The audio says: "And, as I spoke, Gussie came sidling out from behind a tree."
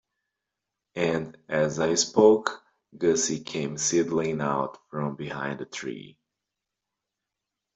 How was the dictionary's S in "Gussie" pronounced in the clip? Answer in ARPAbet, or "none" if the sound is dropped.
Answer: S